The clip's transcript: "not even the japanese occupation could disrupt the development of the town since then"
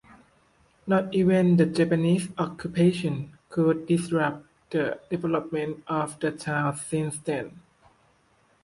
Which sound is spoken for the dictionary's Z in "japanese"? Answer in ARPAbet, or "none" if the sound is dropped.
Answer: S